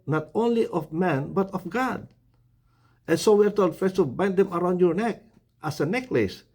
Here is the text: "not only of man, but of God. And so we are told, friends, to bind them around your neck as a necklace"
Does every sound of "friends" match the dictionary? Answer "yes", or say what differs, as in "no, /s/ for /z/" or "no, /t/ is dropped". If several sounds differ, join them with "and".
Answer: no, /ɹ/ is dropped